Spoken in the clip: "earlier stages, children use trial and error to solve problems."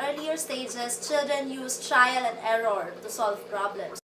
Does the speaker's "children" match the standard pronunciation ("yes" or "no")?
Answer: yes